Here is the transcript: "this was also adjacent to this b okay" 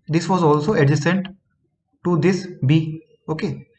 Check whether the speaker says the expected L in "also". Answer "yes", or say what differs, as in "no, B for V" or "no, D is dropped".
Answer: yes